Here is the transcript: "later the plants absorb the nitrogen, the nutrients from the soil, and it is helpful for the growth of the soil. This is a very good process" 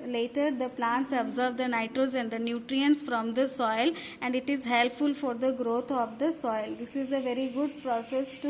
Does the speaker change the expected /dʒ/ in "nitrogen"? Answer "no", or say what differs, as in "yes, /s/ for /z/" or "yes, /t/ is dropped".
yes, /z/ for /dʒ/